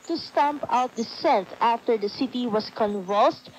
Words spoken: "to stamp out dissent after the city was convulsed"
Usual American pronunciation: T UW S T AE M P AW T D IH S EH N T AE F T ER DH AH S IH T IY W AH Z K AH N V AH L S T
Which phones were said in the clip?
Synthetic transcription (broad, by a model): T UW S T AE M P AW T D IH S EH N T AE F T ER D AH S IH T IY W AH S K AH N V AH L S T